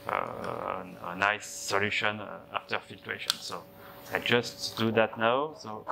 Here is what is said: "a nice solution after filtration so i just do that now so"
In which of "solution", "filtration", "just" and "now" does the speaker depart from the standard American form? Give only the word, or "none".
filtration